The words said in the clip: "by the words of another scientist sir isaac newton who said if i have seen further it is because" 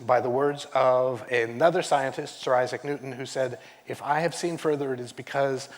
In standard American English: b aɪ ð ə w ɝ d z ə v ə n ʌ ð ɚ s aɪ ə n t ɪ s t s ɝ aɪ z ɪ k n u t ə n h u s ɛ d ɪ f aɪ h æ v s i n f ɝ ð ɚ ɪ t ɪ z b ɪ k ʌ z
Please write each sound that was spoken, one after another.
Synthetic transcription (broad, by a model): b aɪ ð ə w ɝ d z ə v ə n ʌ ð ɚ s aɪ ə n t ɪ s t s ɝ aɪ z ɪ k n u t n h u s ɛ d ɪ f aɪ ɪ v s i n f ɝ ð ɚ ɪ t ɪ z b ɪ k ʌ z